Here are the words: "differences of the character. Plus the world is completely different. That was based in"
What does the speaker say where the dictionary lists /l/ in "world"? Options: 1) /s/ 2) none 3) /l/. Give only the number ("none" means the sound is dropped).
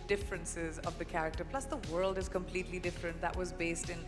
3